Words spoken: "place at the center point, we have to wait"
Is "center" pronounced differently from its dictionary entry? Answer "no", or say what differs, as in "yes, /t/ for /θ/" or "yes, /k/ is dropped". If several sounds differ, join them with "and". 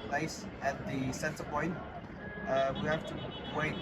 yes, /s/ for /t/